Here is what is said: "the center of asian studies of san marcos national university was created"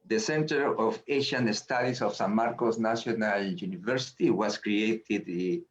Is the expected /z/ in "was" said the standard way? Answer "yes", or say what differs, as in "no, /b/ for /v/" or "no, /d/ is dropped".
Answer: no, /s/ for /z/